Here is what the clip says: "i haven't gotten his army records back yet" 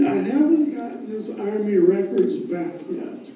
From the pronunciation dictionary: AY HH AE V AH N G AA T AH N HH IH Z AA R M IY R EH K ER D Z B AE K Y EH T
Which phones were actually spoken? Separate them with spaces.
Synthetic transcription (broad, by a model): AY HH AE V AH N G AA T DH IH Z AA R M IY R EH K ER D Z B AE K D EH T